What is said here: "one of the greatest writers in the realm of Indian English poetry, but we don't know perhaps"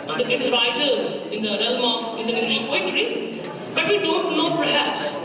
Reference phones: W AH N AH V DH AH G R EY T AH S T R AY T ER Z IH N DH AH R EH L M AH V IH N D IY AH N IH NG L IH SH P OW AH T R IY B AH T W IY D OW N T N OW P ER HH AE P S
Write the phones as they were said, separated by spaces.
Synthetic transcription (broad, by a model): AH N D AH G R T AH T R AY T ER Z IH N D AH R EH L M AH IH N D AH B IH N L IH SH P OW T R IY B AH T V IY D OW N T N OW P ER HH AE P S